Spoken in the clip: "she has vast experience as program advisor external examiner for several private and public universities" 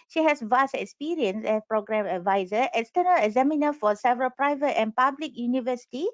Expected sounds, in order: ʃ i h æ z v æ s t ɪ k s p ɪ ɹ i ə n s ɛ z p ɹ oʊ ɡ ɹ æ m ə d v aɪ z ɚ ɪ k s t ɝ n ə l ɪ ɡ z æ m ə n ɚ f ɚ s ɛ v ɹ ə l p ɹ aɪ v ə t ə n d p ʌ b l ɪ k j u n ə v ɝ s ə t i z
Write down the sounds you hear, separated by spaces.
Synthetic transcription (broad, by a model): ʃ i h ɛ s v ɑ s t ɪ k s p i ɹ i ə n s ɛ s p ɹ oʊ ɡ ɹ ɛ m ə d v aɪ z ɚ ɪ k s t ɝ n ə l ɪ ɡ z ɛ m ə n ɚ f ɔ s ɛ v ɹ ə l p ɹ aɪ v ə t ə n p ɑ b l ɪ k j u n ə v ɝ s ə t i